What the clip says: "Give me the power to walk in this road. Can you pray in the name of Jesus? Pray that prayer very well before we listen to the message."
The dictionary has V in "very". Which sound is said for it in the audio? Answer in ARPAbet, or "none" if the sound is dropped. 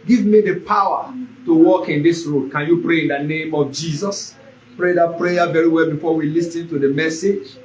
V